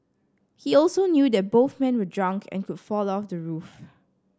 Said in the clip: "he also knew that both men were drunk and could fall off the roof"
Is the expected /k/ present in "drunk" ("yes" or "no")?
yes